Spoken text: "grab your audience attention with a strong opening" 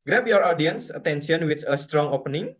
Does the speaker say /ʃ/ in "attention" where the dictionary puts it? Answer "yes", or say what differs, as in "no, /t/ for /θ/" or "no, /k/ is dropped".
no, /s/ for /ʃ/